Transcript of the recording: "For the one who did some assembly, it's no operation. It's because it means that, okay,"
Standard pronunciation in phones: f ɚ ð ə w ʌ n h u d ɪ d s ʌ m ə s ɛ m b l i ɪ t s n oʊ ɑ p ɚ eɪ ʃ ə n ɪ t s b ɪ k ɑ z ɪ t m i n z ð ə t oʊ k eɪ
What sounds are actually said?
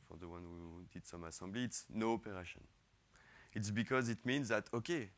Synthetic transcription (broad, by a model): f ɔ ð ə w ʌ n h u d ɪ d s ʌ m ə s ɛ b l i t s n oʊ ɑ p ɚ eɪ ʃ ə n ɪ t s b ɪ k ɑ z ɪ t m i n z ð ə t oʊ k eɪ